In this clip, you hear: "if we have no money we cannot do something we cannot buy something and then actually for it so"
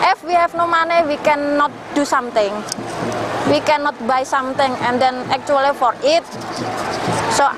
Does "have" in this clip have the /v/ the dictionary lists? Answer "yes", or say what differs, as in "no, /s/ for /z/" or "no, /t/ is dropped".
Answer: no, /f/ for /v/